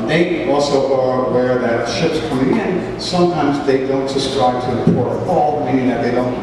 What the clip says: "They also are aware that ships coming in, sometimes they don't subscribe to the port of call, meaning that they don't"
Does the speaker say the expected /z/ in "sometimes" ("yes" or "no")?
yes